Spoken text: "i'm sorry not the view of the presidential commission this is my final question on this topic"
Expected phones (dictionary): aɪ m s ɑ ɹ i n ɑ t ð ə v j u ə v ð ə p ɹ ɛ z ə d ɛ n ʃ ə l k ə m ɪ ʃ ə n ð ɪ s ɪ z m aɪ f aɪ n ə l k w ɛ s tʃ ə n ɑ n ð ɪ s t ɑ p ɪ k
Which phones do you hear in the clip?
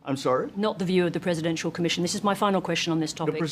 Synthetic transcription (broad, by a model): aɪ m s ɑ ɹ i n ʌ t ð ə v j u ə v ð ə p ɹ ɛ z ə d ɛ n ʃ ə l k ə m ɪ ʃ ə n ð ɪ s ɪ z m aɪ f aɪ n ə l k w ɛ s tʃ ə n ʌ n ð ɪ s t ɑ p ɪ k